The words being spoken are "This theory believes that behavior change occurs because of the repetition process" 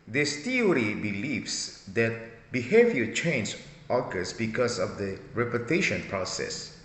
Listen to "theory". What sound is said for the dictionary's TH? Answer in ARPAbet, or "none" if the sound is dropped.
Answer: T